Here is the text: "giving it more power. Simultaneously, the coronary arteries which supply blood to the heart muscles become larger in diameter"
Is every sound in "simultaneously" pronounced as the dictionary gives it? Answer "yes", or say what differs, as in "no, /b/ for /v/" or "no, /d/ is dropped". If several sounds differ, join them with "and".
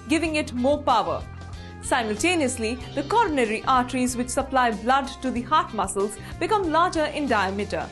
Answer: yes